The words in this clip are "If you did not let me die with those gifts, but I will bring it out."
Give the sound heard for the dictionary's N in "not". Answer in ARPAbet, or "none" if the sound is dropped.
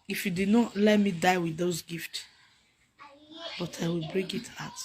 N